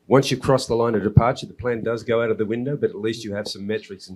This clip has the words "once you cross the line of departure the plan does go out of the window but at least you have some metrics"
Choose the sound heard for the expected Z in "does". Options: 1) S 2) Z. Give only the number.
2